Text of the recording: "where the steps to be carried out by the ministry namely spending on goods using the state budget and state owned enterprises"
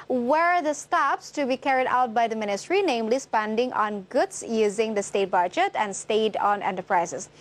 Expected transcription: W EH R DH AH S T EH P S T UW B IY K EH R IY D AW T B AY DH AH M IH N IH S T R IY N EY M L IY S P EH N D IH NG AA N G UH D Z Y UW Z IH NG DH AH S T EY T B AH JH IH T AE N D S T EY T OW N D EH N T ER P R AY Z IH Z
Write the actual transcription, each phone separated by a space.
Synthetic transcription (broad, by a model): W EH R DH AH S T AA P S T UW B IY K EH R IY D AW T B AY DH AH M IH N IH S T R IY N EY M L IY S P EH N D IH NG AA N G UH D S Y UW Z IH NG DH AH S T EY T B AH JH IH T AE N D S T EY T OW N EH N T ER P R AY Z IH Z